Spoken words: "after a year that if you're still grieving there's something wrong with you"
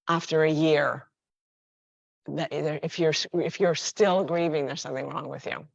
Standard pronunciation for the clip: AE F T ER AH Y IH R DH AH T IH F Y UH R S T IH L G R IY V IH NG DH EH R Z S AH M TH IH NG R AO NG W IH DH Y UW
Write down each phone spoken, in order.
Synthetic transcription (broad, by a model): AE F T ER AH Y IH R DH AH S IH F Y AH R S T IH L G R IY V IH NG DH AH R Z S AH M TH IH NG R AO NG W IH DH Y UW